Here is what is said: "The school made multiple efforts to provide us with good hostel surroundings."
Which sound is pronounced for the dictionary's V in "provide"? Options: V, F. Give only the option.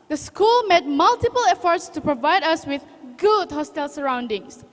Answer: V